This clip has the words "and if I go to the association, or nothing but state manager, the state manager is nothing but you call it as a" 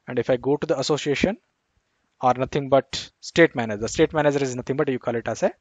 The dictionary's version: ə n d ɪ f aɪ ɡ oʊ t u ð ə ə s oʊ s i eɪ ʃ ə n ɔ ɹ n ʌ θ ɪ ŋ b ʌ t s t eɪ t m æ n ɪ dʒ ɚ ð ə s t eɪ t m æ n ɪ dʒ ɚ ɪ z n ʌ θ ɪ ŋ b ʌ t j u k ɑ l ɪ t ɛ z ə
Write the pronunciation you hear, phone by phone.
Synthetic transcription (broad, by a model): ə n d ɪ f aɪ ɡ oʊ t u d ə ə s oʊ s i eɪ ʃ ə n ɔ ɹ n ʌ t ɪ ŋ b ʌ t s t eɪ t m æ n ɪ dʒ ɚ s t eɪ t m æ n ɪ dʒ ɚ ɪ z n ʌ t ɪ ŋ b ʌ t j u k ɑ l ɪ t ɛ s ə